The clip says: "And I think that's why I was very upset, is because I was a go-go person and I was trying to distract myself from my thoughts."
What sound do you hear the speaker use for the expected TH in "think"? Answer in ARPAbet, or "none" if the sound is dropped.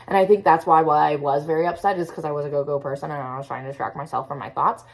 TH